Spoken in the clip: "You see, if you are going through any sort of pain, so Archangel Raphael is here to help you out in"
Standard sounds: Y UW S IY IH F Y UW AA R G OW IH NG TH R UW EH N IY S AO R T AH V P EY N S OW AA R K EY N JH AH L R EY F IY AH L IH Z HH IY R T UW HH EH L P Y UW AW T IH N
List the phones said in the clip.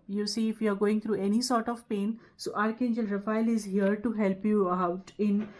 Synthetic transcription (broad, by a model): Y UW S IY IH F Y UW AA R G OW IH NG T R UW EH N IY S AO R T AH V P EY N S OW AA R K EY N JH AH L R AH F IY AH L IH Z HH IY R T UW HH EH L P Y UW AW T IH N